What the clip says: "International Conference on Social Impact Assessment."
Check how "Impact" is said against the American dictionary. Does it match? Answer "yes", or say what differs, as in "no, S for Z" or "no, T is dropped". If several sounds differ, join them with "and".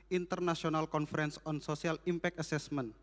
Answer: no, T is dropped